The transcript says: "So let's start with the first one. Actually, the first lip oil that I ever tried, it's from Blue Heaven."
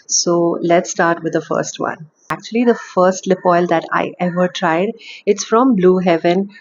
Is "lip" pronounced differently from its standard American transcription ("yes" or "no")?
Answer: no